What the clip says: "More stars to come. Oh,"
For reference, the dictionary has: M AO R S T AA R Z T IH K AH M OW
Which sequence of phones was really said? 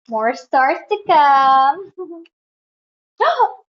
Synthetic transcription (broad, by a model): M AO R S T AA R S T IH K AH M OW